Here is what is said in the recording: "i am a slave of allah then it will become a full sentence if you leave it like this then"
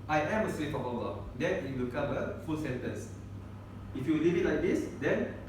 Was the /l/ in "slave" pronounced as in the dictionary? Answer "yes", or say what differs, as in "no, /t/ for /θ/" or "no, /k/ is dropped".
no, /w/ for /l/